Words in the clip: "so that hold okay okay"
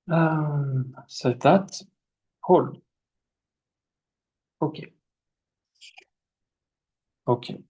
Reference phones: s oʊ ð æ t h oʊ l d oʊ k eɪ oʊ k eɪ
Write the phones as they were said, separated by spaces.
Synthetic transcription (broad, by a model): s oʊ ð æ t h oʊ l oʊ k eɪ oʊ k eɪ